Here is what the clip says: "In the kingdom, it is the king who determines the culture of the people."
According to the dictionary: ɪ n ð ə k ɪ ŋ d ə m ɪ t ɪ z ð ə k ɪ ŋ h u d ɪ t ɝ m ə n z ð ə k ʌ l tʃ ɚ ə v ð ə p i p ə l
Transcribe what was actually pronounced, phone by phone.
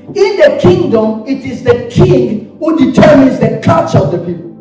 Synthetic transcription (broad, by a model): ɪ n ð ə k ɪ ŋ d ə m ɪ t ɪ z ð ə k ɪ ŋ h u d ɪ t ɝ m ə n z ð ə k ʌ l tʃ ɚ ə v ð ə p i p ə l